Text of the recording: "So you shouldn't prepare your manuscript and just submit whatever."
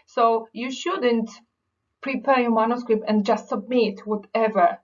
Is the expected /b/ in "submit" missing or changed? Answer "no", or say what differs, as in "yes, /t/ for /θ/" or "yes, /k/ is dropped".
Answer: no